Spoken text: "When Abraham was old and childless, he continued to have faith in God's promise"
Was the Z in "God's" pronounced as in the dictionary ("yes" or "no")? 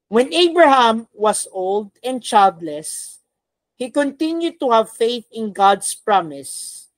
no